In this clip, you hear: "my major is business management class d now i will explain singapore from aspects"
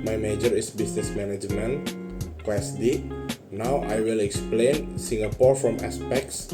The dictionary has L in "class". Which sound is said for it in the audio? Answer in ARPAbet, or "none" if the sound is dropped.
W